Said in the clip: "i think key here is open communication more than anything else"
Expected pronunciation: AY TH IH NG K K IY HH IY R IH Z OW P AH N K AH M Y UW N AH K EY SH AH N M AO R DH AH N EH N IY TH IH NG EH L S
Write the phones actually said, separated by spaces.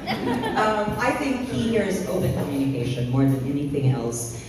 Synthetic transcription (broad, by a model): AY TH IH NG K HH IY HH IY R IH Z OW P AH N K AH M Y UW N AH K EY SH AH N M AO R DH AH N EH N IY TH IH NG EH L S